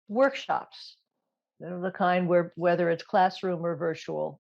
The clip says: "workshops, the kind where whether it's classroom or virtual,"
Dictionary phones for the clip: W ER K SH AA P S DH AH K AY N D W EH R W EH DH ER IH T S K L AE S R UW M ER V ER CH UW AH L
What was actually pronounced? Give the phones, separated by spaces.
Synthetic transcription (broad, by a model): W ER K SH AA P S DH AH K AY N D W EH R W EH DH ER IH T S K L AE S R UW M ER V ER CH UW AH L